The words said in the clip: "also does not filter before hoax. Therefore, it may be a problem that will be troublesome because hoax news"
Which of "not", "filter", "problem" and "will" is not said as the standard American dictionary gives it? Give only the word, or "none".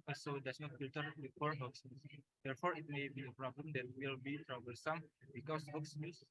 filter